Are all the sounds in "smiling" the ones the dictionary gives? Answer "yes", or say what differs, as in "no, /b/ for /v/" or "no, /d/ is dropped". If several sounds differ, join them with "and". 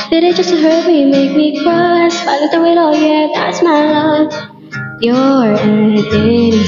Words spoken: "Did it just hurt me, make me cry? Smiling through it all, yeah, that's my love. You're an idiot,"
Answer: no, /m/ is dropped